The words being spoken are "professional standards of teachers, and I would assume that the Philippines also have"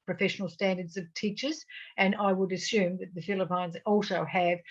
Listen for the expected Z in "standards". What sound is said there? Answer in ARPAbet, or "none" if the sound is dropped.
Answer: Z